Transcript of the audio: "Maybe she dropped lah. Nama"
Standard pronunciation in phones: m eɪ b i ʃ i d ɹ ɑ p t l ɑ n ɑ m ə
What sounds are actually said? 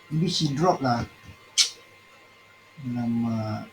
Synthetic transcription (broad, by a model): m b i s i d ɹ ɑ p l ɑ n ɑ m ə